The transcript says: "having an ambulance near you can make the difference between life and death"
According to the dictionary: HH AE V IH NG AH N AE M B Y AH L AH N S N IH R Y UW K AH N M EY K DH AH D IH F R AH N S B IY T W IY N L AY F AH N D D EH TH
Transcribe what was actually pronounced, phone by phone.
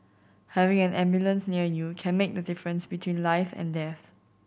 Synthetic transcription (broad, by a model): HH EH V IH NG AH N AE M B Y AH L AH N S N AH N Y UW K AH N M EY K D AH D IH F R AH N S B IY T W IY N L AY F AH N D D EH TH